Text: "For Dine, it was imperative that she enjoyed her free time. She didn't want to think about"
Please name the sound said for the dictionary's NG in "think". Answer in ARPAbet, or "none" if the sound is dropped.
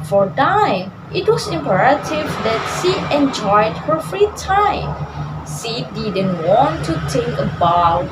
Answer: none